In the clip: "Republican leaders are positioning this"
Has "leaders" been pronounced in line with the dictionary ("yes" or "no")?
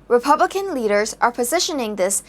yes